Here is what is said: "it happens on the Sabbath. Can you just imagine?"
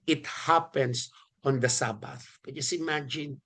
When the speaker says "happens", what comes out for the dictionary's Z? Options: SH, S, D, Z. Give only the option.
S